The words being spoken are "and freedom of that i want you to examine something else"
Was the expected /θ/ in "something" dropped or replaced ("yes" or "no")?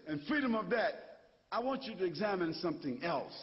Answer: no